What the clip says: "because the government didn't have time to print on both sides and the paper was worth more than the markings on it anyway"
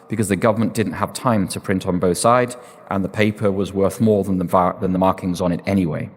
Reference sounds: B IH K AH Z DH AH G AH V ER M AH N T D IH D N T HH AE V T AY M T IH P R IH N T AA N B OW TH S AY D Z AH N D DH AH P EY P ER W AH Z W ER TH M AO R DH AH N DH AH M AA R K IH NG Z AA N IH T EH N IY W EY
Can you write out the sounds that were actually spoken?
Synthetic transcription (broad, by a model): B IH K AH Z DH AH G AH V ER M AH N D IH D N T HH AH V T AY M T IH P R IH N T N B OW TH S AY D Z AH N DH AH P EY P ER W AH Z W ER TH M AO R DH AH N DH AH M AA R K IH NG Z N IH T EH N IY W EY